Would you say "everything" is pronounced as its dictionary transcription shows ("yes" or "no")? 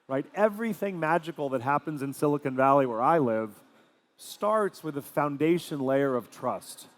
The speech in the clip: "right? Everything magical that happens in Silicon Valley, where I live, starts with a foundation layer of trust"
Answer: yes